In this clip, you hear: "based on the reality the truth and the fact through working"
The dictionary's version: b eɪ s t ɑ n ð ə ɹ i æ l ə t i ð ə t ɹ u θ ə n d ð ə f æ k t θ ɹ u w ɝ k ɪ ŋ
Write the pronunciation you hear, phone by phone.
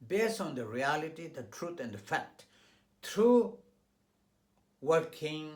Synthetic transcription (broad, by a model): b eɪ s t ɑ n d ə ɹ i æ l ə t i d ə t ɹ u t ə n d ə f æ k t t ɹ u w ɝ k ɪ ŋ